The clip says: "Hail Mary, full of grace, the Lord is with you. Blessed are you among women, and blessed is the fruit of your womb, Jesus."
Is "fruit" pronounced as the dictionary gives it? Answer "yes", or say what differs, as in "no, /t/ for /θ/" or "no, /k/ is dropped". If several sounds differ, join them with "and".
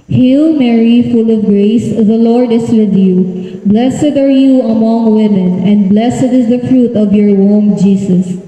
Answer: yes